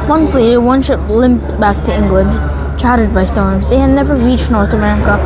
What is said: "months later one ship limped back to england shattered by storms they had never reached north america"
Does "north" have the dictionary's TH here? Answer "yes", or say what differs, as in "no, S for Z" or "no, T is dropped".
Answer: yes